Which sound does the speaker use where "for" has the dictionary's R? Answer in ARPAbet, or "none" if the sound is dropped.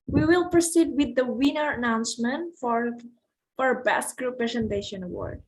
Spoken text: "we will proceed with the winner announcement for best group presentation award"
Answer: R